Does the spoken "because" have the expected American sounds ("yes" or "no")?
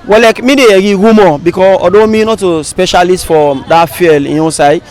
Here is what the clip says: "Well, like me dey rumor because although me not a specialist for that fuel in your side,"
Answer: no